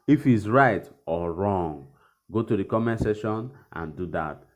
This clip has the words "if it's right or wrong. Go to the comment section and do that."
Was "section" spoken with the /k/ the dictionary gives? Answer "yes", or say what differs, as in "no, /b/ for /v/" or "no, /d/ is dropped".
no, /k/ is dropped